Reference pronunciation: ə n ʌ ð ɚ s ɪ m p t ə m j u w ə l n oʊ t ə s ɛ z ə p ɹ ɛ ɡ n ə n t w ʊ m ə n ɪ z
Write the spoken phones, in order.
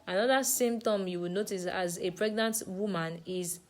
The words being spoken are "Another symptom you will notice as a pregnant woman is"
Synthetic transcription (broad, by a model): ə n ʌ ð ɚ s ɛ m t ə m j u w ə n oʊ t ə s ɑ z ə p ɹ ɛ ɡ n ə n t w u m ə n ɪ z